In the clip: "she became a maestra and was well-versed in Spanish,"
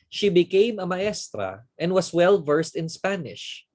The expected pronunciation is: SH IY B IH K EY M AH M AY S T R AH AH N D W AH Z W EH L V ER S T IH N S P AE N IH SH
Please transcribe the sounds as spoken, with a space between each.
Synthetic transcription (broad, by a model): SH IY B IH K EY M AH M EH S T R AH AH N D W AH S W EH L V ER S T IH N S P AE N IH SH